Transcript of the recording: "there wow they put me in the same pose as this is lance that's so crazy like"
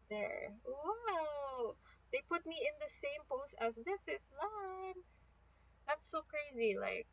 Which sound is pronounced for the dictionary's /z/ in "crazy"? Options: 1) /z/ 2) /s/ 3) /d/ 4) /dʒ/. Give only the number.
1